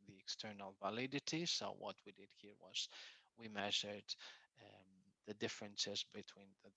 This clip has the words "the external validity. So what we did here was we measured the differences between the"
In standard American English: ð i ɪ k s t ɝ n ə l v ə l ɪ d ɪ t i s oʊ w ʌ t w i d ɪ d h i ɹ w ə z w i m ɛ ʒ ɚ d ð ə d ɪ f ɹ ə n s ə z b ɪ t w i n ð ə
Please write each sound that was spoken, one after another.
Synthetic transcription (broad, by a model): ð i ɪ k s t ɝ n ə l v ə l ɪ d ɪ t i s oʊ w ʌ t w i d ɪ d h i ɹ w ə z w i m ɛ ʒ ɚ d ð ə d ɪ f ɹ ə n s ə z b ɪ t w i n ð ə